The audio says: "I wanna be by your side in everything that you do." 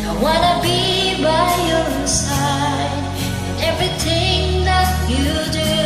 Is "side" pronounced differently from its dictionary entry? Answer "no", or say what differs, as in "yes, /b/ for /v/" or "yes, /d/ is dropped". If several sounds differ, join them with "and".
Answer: yes, /d/ is dropped